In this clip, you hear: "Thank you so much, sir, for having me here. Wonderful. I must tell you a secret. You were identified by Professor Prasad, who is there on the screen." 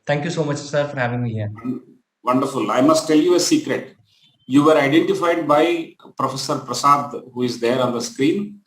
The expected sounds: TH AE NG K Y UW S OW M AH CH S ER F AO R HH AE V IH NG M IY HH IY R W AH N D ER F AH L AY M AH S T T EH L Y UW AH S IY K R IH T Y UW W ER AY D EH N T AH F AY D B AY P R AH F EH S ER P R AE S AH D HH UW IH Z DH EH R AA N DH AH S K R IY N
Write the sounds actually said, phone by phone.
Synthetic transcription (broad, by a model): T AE NG K Y UW S OW M AH CH S ER F AO R HH AE V IH NG M IY HH IY R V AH N D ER F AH L AY M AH S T T EH L Y UW AH S IY K R IH T Y UW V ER AY D EH N T AH F AY D B AY P R AH F EH S ER P R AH S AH D HH UW IH Z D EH R AA N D AH S K R IY N